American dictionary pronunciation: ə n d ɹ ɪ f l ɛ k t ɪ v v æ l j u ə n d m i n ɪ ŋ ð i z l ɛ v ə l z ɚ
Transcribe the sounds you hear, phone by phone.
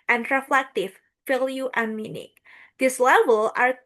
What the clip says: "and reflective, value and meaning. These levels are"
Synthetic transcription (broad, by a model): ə n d ɹ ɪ f l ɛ k t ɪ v f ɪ l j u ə n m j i n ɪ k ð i s l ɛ v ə l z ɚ